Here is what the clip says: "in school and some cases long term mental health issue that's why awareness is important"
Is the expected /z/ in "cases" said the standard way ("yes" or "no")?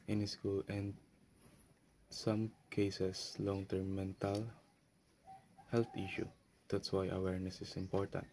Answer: no